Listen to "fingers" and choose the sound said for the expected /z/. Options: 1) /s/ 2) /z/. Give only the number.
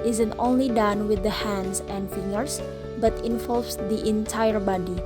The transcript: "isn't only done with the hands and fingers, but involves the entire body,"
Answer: 1